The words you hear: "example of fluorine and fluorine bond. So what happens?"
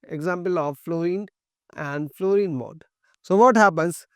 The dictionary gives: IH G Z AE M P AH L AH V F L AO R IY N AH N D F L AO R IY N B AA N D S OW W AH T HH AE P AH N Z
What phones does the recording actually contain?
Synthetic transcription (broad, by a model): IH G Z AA M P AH L AH V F L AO R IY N AH N D F L AO R IY N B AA D S OW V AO T HH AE P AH N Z